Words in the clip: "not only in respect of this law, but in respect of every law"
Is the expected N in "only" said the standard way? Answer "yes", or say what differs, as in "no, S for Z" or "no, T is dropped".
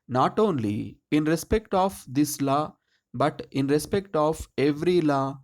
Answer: yes